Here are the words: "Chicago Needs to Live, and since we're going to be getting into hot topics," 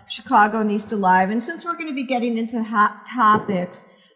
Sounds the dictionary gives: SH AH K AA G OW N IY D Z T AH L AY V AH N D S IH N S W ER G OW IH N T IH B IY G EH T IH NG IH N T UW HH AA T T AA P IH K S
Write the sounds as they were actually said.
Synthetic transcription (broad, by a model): SH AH K AA G OW N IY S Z T AH L AY V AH N S IH N S W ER G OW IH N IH B IY G EH T IH NG IH N T UW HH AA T T AA P IH K S